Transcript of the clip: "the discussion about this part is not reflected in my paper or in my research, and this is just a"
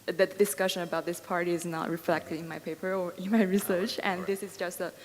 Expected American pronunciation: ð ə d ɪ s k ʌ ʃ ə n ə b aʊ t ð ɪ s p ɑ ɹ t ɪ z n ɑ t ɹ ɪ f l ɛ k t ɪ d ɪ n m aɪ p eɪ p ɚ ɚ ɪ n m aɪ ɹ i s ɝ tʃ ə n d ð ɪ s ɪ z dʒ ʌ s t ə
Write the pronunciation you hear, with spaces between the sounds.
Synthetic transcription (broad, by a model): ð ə d ɪ s k ʌ ʃ ə n ə b aʊ t ð ɪ s p ɑ ɹ t ɪ z n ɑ t ɹ ɪ f l ɛ k t ɪ d ɪ n m aɪ p eɪ p ɚ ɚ ɪ n m aɪ ɹ i s ɝ tʃ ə n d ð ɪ s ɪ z dʒ ʌ s t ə